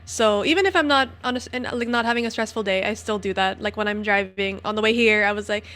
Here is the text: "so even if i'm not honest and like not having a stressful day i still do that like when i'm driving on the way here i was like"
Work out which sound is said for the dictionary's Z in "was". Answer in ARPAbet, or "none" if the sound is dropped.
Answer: Z